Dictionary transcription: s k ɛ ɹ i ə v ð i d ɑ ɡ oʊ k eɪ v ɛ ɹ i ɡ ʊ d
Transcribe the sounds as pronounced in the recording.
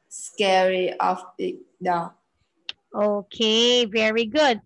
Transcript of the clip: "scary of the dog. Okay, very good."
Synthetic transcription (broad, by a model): s k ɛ ɹ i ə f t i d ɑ oʊ k eɪ v ɛ ɹ i ɡ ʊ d